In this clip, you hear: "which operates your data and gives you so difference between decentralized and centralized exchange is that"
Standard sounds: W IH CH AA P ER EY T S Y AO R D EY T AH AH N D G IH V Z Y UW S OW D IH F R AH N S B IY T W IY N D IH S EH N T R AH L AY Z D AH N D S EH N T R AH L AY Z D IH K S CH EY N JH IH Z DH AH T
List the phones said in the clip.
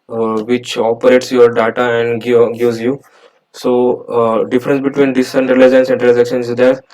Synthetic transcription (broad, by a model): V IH CH AA P ER EY T S Y AO R D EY T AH AH N D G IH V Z Y UW S OW D IH F R AH N S B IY T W IY N D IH S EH N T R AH L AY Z AH N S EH N T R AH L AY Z IH K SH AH N IH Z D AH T